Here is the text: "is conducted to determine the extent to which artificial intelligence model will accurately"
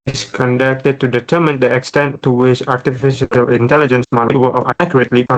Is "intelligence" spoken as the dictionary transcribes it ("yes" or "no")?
yes